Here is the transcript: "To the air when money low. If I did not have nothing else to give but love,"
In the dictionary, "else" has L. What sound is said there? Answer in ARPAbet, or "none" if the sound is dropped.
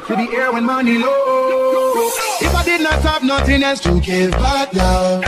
none